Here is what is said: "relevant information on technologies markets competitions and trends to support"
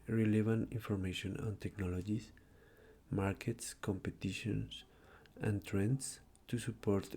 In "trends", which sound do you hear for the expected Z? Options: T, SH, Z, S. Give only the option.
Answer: S